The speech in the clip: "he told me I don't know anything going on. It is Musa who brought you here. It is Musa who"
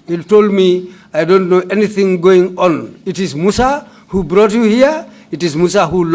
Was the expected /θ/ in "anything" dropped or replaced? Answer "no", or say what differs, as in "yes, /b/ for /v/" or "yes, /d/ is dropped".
no